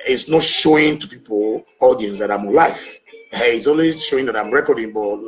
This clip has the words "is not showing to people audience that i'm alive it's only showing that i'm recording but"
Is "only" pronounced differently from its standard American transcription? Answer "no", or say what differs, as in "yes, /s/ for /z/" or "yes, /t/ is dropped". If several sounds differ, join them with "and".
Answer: yes, /w/ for /l/